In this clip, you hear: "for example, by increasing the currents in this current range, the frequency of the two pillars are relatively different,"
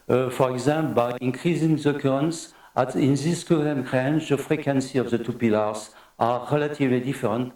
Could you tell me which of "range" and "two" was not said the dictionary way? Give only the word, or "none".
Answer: range